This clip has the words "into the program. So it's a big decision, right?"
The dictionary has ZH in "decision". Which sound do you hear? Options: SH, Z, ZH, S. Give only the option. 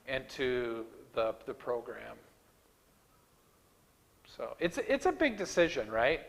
ZH